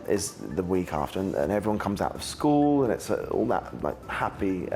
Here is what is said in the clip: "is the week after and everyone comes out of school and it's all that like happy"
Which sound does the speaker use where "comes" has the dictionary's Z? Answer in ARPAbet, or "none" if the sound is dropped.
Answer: Z